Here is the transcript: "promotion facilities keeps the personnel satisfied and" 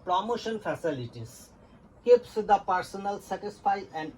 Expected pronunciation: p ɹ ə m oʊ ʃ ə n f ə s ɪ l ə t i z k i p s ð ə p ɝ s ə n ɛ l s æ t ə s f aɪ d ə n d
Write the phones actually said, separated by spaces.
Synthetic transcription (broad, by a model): p ɹ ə m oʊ ʃ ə n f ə s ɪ l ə t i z k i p s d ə p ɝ s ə n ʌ l s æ t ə s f aɪ ə n d